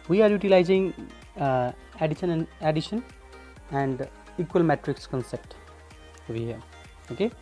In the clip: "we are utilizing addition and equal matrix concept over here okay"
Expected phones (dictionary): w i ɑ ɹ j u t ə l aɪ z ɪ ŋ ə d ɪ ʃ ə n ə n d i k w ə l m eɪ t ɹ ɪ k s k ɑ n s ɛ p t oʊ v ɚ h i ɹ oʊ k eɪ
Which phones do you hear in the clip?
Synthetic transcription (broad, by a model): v i ɑ ɹ j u t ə l aɪ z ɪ ŋ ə d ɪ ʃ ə n ə n d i k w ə l m eɪ t ɹ ɪ k s k ɑ n s ɛ p t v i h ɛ oʊ k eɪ